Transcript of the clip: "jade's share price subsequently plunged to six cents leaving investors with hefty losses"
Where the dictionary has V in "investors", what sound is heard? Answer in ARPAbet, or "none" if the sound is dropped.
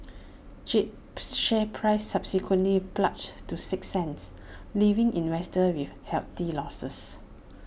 W